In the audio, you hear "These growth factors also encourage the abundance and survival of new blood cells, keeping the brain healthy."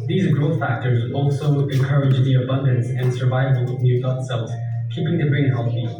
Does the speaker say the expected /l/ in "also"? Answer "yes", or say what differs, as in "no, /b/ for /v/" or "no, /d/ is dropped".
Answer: yes